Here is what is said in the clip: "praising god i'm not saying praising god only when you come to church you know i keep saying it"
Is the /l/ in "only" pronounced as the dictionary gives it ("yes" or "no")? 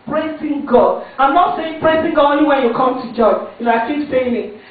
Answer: no